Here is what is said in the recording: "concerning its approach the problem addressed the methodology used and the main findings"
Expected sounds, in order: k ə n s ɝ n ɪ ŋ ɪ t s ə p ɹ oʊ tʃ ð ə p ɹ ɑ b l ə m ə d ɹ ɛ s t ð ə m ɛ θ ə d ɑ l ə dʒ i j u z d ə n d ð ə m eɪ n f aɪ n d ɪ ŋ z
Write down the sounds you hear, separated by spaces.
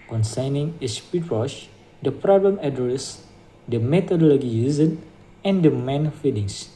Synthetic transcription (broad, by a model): k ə n s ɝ n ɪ ŋ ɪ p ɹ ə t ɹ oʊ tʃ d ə p ɹ ɑ b l ə m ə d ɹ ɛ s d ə m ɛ t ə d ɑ l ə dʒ i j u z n ə n d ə m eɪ n f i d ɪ ŋ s